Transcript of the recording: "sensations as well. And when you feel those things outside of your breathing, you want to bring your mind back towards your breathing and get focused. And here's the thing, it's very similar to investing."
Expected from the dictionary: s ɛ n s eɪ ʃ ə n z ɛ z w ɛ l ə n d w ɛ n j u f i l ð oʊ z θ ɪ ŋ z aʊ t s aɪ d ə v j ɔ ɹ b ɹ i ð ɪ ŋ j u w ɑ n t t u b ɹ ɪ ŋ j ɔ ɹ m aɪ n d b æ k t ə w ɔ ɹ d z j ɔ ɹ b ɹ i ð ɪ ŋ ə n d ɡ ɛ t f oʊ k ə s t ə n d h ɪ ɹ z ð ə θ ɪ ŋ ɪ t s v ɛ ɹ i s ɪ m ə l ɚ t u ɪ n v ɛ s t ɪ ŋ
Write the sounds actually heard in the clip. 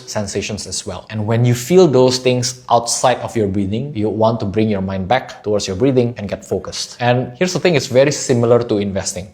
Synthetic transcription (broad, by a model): s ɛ n s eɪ ʃ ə n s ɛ s w ɛ l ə n w ɛ n j u f i l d oʊ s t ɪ ŋ s aʊ t s aɪ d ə f j ɔ ɹ b ɹ i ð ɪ ŋ j u w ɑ n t t u b ɹ ɪ ŋ j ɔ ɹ m aɪ n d b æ k t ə w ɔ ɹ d s j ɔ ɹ b ɹ i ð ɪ ŋ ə n ɡ ɛ t f oʊ k ə s t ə n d h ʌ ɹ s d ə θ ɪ ŋ ɪ t s v ɛ ɹ i s ɪ m ə l ɚ t u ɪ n v ɛ s t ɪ ŋ